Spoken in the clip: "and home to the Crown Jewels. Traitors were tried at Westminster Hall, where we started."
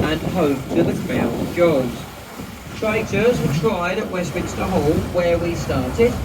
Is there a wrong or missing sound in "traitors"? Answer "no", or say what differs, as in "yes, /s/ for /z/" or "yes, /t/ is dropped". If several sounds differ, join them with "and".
no